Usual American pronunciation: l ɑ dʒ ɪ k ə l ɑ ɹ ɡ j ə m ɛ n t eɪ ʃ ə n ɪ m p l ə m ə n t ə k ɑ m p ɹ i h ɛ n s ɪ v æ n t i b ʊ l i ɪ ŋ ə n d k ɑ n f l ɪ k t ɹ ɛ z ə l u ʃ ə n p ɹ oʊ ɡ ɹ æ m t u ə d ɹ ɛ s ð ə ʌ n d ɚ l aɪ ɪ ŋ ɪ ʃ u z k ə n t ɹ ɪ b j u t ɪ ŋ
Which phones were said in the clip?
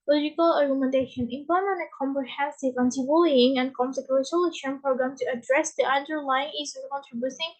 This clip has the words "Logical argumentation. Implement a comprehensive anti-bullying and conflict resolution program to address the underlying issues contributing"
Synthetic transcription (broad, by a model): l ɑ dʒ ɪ k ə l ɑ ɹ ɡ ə m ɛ n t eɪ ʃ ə n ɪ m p ə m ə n ə k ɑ m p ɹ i h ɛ n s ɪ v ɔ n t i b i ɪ ŋ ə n k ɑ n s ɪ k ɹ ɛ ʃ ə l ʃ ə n p ɹ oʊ ɡ ɹ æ m t u ə d ɹ ɛ s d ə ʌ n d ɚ l aɪ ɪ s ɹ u k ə n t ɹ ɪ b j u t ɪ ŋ